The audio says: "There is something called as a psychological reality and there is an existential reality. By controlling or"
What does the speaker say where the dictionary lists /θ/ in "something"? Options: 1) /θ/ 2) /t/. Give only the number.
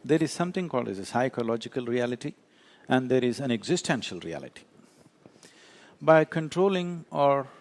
2